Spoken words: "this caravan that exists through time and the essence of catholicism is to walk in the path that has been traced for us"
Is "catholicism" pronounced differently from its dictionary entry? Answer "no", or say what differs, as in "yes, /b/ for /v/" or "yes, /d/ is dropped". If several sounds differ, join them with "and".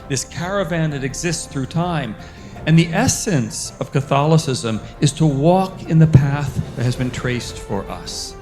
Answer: no